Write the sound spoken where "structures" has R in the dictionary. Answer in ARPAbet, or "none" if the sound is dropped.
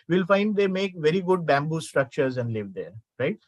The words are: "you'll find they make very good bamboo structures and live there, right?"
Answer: R